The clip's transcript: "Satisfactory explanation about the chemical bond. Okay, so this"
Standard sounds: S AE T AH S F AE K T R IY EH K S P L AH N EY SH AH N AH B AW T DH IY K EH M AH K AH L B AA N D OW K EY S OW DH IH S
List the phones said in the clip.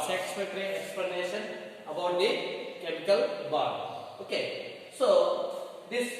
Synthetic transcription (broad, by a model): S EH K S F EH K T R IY EH K S P L AH N EY SH AH N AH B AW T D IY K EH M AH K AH L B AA D OW K EY S OW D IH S